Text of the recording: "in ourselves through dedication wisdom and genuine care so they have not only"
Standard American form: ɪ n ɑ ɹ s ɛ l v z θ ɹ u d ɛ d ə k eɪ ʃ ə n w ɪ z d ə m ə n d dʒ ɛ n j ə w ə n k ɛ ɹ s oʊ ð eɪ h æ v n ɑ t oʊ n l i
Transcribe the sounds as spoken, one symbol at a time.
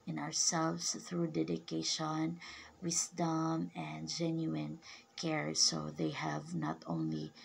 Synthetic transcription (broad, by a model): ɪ n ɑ ɹ s ɛ l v s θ ɹ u d ɛ d ə k eɪ ʃ ə n w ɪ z d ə m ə n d dʒ ɛ n j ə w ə n k ɛ ɹ s oʊ ð eɪ h æ v n ɑ t oʊ n l i